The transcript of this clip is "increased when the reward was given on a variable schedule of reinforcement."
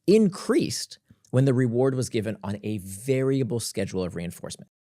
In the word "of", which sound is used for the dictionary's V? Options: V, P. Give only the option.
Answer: V